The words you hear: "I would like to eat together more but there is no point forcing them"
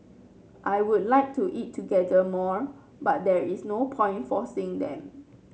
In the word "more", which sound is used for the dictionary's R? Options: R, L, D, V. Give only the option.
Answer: R